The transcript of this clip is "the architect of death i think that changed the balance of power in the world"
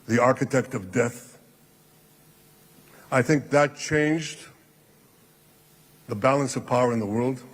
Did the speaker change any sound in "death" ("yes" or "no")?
no